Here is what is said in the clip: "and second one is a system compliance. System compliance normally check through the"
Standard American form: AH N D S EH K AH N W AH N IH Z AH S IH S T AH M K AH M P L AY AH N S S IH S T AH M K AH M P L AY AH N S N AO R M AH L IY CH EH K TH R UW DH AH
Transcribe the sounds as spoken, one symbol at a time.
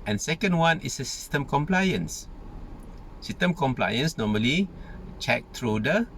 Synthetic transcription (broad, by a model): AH N S EH K AH N W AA N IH S AH S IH S T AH M K AH M P L AY AH N S S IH S T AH M K AH M P L AY AH N S N AO M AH L IY CH EH K T R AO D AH